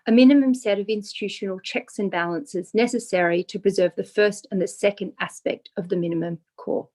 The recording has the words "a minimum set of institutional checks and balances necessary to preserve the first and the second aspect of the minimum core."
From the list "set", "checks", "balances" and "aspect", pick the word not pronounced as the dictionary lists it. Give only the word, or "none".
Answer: none